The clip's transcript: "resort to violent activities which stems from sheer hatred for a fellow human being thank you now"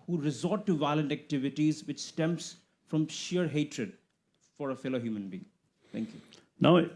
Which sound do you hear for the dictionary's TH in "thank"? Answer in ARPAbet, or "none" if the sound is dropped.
T